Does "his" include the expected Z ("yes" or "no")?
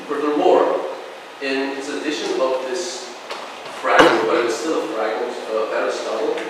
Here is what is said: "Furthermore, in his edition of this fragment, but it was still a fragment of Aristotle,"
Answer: no